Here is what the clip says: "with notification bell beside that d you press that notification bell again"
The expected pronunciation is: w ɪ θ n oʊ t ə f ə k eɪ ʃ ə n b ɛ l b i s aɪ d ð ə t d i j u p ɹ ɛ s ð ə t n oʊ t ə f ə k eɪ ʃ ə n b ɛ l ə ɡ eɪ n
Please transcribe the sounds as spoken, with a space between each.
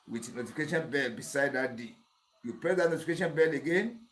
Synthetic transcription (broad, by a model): w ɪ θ n oʊ t ə f ə k eɪ ʃ ə n b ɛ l b i s aɪ d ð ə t d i j u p ɛ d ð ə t n oʊ t ə f ə k eɪ ʃ ə n b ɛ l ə ɡ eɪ n